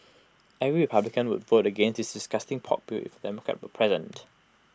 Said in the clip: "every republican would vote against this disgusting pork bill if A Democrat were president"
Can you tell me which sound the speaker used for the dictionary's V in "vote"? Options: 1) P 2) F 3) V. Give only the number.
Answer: 3